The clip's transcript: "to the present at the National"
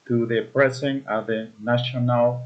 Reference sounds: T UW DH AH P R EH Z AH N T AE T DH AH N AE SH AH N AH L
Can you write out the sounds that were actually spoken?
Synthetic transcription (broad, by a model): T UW DH AH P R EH S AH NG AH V DH AH N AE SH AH N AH L